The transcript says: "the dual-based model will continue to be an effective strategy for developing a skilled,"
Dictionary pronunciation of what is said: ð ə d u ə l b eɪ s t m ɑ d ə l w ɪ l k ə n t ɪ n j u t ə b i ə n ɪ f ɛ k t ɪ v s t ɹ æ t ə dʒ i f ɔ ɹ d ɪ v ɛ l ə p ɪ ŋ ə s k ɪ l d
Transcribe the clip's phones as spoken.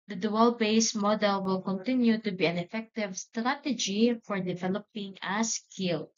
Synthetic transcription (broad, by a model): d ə d u ə l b eɪ s m ɑ d ə l w ɪ l k ə n t ɪ n j u t ə b i ə n ɪ f ɛ k t ɪ v s t ɹ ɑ t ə dʒ i f ɔ ɹ d ɪ v ɛ l ə p ɪ ŋ ə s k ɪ l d